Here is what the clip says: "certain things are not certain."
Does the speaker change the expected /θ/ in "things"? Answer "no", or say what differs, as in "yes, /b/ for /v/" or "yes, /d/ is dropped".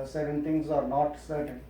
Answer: yes, /t/ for /θ/